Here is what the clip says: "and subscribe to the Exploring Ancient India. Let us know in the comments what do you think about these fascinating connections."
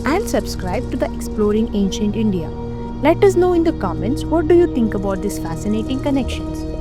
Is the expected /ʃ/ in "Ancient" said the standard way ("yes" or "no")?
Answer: yes